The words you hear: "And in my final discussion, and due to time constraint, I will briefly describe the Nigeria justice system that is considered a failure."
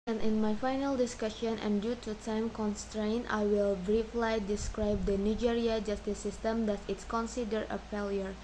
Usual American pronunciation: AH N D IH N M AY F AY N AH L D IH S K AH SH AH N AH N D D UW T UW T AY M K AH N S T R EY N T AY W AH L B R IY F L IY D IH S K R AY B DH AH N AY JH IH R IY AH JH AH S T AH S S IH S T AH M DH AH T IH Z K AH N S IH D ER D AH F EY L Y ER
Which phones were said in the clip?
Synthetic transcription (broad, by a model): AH N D IH N M AY F AY N AH L D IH S K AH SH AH N AH N D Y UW T UW T AY M K AH N S T R EY N T AY W AH L B R IY F L IY D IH S K R AY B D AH N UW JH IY R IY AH JH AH S T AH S S IH S T AH M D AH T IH S K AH N S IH D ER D AH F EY L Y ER